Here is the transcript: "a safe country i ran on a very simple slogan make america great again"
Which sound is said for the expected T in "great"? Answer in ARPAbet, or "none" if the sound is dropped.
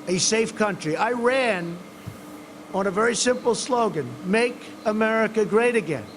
T